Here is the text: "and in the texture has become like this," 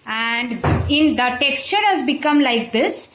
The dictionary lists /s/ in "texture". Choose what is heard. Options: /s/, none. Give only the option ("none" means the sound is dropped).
/s/